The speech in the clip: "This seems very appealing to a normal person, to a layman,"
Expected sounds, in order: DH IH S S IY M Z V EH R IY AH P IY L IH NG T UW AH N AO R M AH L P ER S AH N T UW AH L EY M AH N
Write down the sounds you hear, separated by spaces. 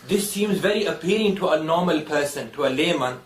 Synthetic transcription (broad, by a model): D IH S S IY M Z V EH R IY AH P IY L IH NG T UW AH N AO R M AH L P ER S AH N T UW AH L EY M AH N